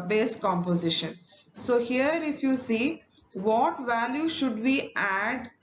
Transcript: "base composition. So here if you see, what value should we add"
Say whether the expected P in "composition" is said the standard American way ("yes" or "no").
yes